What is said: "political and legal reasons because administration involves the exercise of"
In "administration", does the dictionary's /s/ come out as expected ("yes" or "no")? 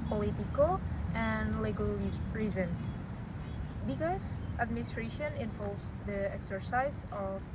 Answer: yes